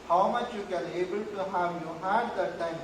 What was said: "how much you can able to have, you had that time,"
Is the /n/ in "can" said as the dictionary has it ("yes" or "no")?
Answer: no